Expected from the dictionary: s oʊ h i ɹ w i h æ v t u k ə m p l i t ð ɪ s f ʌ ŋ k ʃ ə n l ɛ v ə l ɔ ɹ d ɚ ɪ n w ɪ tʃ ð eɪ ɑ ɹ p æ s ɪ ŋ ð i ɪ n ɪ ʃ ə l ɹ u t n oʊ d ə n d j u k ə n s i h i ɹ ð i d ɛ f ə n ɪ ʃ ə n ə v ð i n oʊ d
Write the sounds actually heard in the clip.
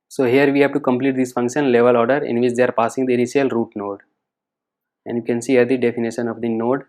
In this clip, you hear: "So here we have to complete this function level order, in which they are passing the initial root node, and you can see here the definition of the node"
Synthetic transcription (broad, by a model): s oʊ h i ɹ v i h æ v t u k ə m p l i t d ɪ s f ʌ ŋ k ʃ ə n l ɛ v ə l ɔ ɹ d ɚ ɪ n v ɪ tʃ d eɪ ɑ ɹ p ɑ s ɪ ŋ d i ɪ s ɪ ə l ɹ u t n oʊ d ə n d j u k ə n s i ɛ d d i d ɛ f ə n ɪ ʃ ə n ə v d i n oʊ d